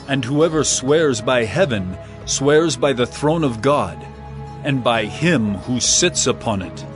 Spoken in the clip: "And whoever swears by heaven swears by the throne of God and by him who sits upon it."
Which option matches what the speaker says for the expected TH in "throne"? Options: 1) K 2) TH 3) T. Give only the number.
2